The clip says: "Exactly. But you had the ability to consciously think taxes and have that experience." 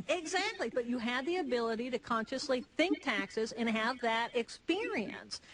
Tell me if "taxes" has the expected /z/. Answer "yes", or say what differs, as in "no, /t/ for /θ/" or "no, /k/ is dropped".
yes